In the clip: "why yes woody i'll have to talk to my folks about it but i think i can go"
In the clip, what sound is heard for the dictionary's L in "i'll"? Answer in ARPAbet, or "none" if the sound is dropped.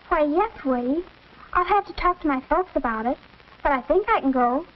L